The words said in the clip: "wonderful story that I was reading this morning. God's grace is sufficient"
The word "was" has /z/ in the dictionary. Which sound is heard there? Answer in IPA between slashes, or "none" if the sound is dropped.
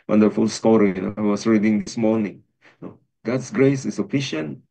/s/